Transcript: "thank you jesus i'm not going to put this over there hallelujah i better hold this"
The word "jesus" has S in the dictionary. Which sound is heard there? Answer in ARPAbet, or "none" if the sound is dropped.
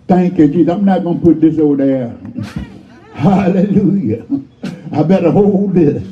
none